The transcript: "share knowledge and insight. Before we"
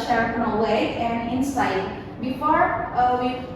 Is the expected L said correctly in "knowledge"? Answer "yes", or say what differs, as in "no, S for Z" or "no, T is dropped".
no, W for L